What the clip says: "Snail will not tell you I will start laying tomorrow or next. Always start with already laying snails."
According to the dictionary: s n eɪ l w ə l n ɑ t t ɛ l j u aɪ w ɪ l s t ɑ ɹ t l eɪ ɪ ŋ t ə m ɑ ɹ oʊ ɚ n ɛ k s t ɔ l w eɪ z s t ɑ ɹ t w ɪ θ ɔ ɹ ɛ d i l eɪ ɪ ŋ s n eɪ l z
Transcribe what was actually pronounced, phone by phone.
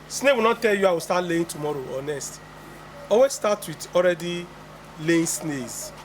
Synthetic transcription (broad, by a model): s n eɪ w ə l n ɑ t t ɛ l j u aɪ w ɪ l s t ɑ t l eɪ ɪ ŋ t ə m ɑ ɹ oʊ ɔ n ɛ s t ɔ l w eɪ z s t ɑ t w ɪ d ɔ ɹ ɛ d i l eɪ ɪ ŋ s n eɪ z